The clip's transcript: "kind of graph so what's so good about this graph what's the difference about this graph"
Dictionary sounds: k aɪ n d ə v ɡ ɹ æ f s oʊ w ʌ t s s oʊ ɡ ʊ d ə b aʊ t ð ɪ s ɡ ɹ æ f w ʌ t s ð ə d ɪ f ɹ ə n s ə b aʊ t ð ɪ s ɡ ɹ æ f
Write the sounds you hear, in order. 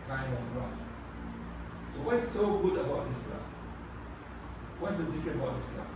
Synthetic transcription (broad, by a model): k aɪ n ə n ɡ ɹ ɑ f s oʊ w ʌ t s s oʊ ɡ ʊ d ə b aʊ t ð ɪ s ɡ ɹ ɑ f w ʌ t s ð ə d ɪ f ɹ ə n ə b aʊ t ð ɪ s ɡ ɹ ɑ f